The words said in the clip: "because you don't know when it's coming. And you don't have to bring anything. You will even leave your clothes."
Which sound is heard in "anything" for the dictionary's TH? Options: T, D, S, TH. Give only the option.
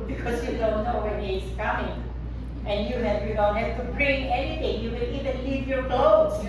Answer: T